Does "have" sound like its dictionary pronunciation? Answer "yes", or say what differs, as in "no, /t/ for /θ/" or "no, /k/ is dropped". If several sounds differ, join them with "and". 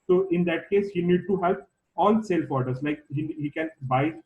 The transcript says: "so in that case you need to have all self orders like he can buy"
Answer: no, /p/ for /v/